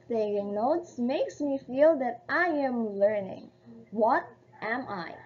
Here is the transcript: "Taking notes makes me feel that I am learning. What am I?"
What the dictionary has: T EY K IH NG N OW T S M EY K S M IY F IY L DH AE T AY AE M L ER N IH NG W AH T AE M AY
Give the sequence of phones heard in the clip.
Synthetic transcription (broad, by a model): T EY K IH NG N OW T S M EY K S M IY F IY L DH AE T AY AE M L ER N IH NG W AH T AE M AY